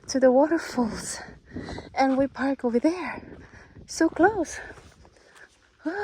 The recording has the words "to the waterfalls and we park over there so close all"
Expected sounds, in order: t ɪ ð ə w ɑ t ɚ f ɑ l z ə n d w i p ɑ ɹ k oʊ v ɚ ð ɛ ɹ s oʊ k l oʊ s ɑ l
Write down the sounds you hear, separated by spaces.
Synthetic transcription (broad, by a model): t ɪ ð ə w ɑ t ɚ f ɑ l z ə n w i p ɑ ɹ k oʊ v ɚ ð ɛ ɹ s oʊ k l oʊ s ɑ